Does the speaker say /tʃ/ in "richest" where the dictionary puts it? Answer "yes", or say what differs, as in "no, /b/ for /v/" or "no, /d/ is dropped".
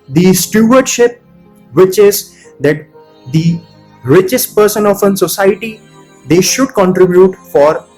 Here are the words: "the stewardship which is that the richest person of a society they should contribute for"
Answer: yes